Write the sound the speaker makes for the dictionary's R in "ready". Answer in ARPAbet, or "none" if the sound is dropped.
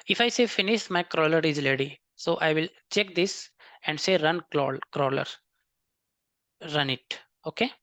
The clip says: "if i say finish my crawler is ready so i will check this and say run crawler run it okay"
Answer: L